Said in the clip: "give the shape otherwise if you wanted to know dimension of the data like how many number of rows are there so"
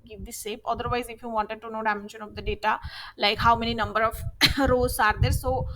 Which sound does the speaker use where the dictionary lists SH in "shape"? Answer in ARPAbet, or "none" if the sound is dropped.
S